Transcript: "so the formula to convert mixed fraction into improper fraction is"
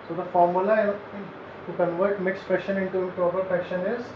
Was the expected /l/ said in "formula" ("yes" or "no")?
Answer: no